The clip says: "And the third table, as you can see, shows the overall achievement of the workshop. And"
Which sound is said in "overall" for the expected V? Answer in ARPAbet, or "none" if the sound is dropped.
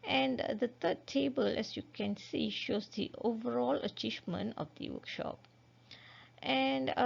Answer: V